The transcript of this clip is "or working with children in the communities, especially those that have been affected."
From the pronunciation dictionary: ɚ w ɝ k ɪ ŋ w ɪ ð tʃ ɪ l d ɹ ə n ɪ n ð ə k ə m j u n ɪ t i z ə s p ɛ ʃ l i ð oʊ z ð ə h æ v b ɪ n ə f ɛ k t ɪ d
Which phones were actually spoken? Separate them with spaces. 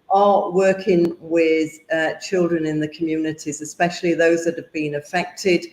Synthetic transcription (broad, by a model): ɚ w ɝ k ɪ ŋ w ɪ ð tʃ ɪ l d ɹ ə n ɪ n ð ə k ə m j u n ɪ t i z ə s p ɛ ʃ l i ð oʊ z ð ə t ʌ v b ɪ n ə f ɛ k t ɪ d